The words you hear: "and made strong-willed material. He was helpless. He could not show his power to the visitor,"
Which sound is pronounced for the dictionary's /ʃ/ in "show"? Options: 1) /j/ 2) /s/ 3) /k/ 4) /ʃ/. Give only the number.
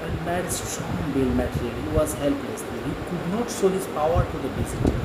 2